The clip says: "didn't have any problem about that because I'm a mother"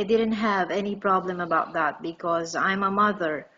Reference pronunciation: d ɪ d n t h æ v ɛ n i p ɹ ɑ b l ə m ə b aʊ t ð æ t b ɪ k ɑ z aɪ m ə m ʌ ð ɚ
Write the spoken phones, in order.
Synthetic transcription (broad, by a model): d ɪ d n t h æ v ɛ n i p ɹ ɑ b l ə m ə b aʊ t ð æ t b ɪ k ɑ z aɪ m ə m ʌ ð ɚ